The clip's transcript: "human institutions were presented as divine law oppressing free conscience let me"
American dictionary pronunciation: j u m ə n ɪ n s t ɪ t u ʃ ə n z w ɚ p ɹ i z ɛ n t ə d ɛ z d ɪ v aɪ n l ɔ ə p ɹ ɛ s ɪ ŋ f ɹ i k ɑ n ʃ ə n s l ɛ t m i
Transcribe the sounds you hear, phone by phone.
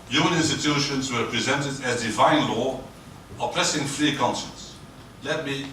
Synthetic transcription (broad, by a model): j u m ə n ɪ n s t ɪ t u ʃ ə n z w ɚ p ɹ i z ɛ n t ə d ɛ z d ɪ v aɪ n l ɔ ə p l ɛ s ɪ ŋ f ɹ i k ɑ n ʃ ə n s l ɛ t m i